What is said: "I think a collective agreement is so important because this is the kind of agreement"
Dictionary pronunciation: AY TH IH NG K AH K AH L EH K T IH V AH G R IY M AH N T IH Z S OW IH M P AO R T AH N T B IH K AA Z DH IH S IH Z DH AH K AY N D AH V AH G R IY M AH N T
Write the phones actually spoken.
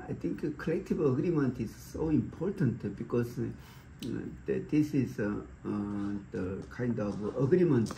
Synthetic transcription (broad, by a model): AY T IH NG K K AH L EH K T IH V AH G R IY M AH N T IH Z S OW IH M P AO R T AH N T B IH K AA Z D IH S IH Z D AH K AY N D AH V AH G R IY M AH N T